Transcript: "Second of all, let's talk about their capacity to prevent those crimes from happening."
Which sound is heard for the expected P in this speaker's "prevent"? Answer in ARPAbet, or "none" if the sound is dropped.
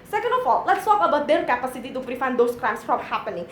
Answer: F